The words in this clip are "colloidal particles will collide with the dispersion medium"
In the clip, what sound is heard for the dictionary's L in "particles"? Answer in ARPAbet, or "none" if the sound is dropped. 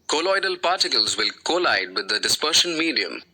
L